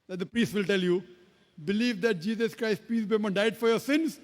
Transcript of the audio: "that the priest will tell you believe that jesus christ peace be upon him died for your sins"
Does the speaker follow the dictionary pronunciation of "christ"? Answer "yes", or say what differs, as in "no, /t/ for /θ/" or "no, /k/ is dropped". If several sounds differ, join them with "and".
yes